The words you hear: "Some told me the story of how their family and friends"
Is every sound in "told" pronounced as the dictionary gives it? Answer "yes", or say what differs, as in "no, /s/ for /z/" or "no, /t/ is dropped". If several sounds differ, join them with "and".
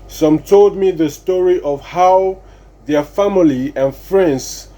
yes